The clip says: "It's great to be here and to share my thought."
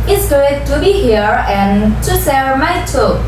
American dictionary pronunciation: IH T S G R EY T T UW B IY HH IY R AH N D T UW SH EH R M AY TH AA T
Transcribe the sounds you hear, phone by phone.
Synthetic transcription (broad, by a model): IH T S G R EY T T UW B IY HH IY R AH N T UW S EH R M AY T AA